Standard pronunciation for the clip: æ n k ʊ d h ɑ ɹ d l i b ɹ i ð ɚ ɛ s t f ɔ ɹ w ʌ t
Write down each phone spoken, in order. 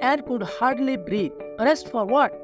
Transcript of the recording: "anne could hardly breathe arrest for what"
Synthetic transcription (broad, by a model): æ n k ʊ d h ɑ ɹ d l i b ɹ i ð ɚ ɛ s t f ɔ ɹ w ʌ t